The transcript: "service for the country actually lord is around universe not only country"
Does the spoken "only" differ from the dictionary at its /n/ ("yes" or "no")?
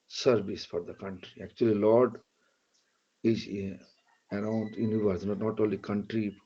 yes